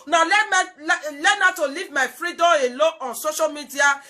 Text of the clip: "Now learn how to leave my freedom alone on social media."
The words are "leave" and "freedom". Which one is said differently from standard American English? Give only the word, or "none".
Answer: freedom